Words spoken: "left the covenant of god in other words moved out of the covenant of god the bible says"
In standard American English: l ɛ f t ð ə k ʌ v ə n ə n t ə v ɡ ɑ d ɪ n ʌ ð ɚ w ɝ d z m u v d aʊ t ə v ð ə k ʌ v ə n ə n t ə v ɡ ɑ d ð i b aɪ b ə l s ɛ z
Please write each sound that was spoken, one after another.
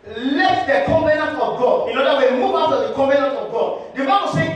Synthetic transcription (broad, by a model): l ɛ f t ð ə k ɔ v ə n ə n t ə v ɡ ɑ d ɪ n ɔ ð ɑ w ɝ m u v aʊ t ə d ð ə k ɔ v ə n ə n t ə v ɡ ɑ d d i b aɪ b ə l s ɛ